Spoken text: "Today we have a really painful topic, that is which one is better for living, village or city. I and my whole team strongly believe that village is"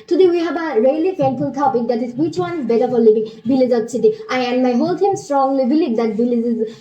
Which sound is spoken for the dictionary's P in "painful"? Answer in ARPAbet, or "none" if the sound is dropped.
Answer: F